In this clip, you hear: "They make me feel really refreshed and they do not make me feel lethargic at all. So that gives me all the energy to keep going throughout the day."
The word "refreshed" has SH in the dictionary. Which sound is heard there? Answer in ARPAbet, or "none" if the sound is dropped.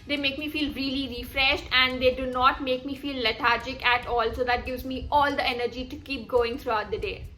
SH